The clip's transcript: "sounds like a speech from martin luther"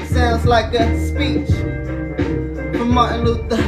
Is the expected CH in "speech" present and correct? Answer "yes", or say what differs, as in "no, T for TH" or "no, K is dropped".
yes